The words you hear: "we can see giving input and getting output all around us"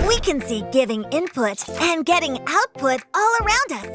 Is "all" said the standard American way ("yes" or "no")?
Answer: yes